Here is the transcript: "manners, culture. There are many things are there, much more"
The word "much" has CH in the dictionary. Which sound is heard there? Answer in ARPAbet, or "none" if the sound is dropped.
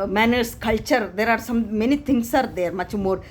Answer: CH